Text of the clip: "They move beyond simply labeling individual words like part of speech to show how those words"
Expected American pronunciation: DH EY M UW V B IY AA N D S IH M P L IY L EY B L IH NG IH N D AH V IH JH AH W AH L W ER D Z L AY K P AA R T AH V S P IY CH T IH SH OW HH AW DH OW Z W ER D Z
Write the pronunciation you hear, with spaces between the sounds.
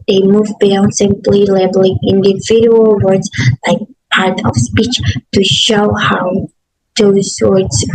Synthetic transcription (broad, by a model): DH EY M UW V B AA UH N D S IH M P L IY L EY B L IH NG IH N D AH V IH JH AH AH L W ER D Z L AY K P AA R T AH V S P IY CH T IH SH OW HH AW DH OW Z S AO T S